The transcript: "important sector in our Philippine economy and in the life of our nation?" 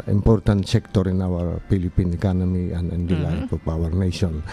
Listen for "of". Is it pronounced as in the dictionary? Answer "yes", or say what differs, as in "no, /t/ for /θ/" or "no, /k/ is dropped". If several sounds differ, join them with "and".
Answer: no, /p/ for /v/